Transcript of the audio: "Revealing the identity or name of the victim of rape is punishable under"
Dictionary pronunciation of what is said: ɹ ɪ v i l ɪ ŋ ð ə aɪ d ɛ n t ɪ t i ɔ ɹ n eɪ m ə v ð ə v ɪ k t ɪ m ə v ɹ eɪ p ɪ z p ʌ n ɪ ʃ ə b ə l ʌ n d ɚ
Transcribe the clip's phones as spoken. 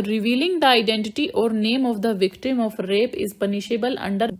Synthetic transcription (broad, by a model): ɹ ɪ v i l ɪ ŋ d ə aɪ d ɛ n t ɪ t i ɔ ɹ n eɪ m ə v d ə v ɪ k t ɪ m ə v ɹ eɪ p ɪ z p ʌ n ɪ ʃ ə b ə l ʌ n d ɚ